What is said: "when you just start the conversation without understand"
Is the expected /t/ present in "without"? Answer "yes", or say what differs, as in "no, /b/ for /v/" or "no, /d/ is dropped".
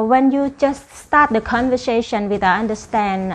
no, /t/ is dropped